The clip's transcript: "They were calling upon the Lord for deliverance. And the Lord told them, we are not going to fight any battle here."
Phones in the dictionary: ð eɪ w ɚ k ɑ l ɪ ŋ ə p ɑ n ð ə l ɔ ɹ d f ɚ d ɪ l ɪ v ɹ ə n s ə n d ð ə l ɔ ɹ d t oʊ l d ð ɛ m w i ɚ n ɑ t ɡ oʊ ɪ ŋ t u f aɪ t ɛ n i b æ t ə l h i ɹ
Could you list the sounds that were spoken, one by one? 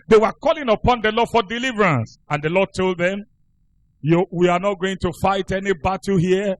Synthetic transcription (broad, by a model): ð eɪ w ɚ k ɑ l ɪ ŋ ə p ɑ n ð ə l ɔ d f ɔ d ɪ l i v ɹ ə n s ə n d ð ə l ɔ d t oʊ l d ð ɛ m w i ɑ n ɑ t ɡ oʊ ɪ ŋ t u f aɪ t ɛ n i b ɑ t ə h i